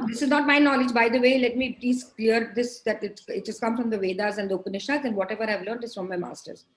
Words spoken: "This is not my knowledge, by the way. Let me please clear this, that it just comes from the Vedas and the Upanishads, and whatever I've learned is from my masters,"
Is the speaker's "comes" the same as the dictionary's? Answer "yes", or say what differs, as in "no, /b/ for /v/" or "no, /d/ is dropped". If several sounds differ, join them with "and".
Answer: no, /z/ is dropped